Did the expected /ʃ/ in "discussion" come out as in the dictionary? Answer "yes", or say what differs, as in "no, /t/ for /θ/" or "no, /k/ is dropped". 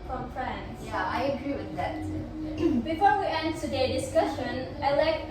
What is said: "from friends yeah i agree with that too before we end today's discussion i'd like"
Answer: yes